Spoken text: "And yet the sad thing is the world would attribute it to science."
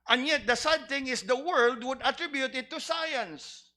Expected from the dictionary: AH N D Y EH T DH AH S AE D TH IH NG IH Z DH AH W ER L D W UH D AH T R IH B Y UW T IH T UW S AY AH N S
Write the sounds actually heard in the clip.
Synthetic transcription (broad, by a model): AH N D Y EH T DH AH S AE D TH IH NG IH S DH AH W ER L D W UH D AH T R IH B Y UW T IH T UW S AY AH N S